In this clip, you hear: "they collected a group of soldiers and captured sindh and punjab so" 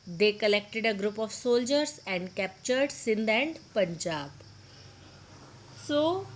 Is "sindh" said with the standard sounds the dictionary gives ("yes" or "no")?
yes